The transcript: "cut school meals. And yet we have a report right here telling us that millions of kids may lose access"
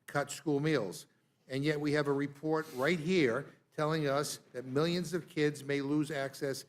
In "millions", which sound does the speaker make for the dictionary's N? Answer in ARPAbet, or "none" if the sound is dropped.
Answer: N